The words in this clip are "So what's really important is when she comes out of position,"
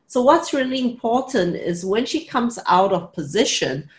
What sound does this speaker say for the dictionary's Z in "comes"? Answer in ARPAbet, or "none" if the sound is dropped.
Z